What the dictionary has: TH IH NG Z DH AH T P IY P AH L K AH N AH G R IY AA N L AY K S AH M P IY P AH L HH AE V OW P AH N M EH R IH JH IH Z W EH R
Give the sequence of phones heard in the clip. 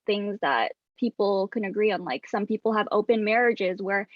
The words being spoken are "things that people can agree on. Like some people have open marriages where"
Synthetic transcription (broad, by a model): TH IH NG Z DH AH T P IY P L K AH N AH G R IY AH N L AY K S AH M P IY P L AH V OW P AH N M EH R IH JH IH Z W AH R